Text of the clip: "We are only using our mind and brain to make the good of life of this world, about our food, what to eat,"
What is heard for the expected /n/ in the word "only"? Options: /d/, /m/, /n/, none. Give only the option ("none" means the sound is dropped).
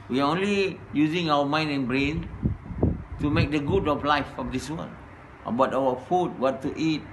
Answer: /n/